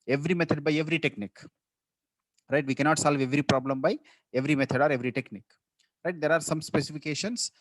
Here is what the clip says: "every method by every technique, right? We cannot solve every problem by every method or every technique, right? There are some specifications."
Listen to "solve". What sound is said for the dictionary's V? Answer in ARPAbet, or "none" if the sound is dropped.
V